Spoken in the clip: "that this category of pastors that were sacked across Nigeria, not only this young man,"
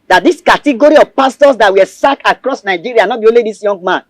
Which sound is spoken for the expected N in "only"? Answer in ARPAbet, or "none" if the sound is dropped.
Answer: none